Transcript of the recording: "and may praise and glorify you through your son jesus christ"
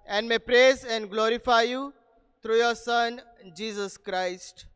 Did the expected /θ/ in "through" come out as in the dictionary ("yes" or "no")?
no